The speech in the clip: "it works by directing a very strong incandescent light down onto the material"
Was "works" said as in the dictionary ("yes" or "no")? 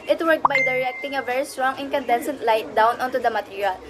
no